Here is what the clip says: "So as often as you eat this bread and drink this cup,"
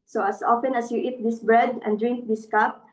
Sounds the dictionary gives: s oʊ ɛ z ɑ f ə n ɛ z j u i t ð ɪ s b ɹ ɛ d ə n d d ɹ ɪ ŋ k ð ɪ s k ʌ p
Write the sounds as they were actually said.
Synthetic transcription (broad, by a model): s oʊ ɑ s ɑ f ə n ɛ s j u i t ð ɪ s b ɹ ɛ d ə n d d ɹ ɪ ŋ k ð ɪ s k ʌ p